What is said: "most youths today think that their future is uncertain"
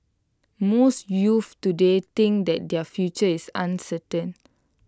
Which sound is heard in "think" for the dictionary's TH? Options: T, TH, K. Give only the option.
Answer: T